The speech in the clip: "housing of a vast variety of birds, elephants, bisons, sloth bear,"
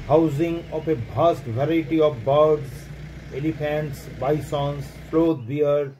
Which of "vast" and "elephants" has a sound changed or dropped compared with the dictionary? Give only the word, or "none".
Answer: vast